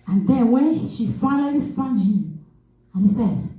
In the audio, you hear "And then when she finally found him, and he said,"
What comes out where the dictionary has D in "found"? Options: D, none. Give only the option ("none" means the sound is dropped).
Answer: none